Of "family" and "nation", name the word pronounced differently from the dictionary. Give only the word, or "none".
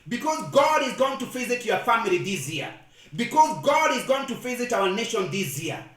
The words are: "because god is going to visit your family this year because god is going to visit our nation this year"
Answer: none